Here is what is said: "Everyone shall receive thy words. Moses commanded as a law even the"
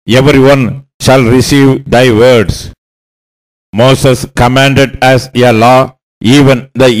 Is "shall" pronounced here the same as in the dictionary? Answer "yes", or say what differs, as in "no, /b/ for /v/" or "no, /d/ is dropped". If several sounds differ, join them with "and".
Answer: yes